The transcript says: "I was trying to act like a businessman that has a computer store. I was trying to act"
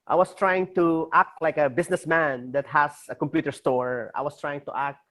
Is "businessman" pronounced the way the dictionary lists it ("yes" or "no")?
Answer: no